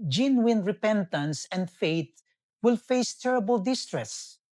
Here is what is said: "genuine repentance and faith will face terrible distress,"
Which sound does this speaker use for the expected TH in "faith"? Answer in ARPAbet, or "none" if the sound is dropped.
T